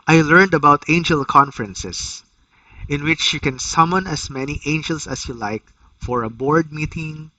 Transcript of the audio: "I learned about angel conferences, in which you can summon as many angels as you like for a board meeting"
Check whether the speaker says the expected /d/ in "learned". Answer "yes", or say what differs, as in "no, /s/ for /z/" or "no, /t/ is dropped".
yes